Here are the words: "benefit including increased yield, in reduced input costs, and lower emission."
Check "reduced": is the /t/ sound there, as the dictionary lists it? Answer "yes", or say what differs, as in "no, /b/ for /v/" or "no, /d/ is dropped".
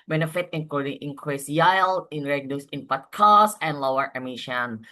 no, /t/ is dropped